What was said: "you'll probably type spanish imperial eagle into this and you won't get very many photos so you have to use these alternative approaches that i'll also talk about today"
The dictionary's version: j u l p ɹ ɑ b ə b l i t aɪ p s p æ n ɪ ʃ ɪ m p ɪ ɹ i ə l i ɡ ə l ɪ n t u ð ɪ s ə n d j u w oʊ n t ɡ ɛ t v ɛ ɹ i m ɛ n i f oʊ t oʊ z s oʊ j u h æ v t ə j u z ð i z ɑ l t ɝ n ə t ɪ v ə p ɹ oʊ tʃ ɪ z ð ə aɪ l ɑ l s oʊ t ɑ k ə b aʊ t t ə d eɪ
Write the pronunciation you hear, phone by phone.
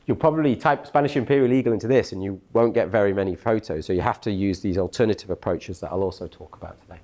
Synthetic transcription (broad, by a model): j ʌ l p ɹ ɑ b ə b l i t aɪ p s p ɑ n ɪ ʃ ɪ m p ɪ ɹ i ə l i ɡ ə l ɪ n t u ð ɪ s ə n j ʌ w oʊ n ɡ ɛ t v ɛ ɹ i m ɛ n i f oʊ t oʊ z s oʊ j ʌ h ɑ f t ə j u z ð i z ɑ l t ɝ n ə t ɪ v ə p ɹ oʊ tʃ ɪ z ð ə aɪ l ɑ l s oʊ t ɑ k ə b aʊ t t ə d eɪ